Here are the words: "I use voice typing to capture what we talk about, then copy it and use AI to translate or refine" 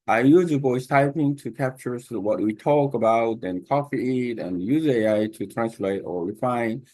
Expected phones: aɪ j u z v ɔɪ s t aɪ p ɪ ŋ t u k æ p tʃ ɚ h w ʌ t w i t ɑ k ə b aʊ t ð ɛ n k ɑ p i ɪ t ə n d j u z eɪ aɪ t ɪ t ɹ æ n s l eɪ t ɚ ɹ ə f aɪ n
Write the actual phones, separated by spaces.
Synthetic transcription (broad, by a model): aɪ j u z b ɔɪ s t aɪ p ɪ ŋ t u k æ p tʃ ɚ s w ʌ t w i t ɑ k ə b aʊ t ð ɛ n k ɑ f i ɪ t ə n j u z eɪ aɪ t ɪ t ɹ æ n s l eɪ t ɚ ɹ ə f aɪ n